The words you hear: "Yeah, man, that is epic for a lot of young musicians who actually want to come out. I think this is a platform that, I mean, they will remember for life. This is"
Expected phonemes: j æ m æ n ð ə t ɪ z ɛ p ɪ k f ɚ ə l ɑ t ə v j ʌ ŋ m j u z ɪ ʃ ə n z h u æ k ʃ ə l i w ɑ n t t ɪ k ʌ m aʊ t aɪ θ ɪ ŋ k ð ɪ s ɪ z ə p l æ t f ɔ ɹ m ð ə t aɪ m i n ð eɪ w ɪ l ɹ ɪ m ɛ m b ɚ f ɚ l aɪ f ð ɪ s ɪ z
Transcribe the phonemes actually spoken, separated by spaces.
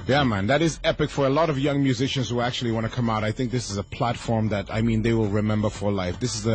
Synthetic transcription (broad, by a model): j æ m æ n ð ə t ɪ z ɛ p ɪ k f ɚ ə l ɑ t ə v j ʌ ŋ m j u z ɪ ʃ ə n z h u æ k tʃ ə l i w ɑ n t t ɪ k ʌ m aʊ t aɪ θ ɪ ŋ k ð ɪ s ɪ z ə p l æ t f ɔ ɹ m ð ə t aɪ m i n ð eɪ w ɪ l ɹ ɪ m ɛ m b ɚ f ɚ l aɪ f ð ɪ s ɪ z